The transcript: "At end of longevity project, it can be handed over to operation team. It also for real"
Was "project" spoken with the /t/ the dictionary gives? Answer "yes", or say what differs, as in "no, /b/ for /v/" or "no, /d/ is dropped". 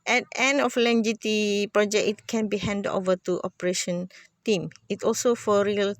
no, /t/ is dropped